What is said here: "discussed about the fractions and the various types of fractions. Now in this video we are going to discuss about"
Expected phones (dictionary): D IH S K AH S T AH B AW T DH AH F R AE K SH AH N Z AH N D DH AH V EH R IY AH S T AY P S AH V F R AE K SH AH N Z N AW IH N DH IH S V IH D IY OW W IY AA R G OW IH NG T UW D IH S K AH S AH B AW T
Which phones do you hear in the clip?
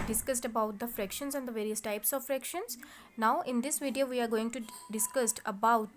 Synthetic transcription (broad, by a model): D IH S K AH S T AH B AW T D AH F R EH K SH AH N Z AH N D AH V EH R IY AH S T AY P S AH V F R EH K SH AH N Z N AW IH N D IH S V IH D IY OW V IY AA R G OW IH NG T UW D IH S K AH S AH B AW T